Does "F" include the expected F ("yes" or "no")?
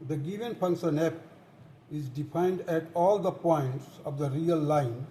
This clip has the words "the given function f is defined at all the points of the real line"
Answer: no